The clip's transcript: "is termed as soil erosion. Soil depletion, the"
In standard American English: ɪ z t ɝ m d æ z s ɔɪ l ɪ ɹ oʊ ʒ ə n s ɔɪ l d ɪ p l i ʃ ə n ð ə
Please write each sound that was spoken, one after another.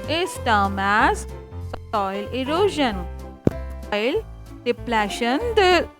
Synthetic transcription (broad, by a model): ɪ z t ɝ m æ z s ɔɪ l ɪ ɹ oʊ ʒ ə n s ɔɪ l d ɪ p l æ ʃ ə n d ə